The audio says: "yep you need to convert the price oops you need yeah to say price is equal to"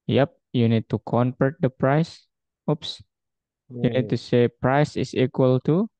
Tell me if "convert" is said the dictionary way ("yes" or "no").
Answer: no